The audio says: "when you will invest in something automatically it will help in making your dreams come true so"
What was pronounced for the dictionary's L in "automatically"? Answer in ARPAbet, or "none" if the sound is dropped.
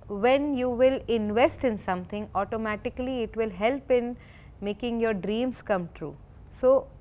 L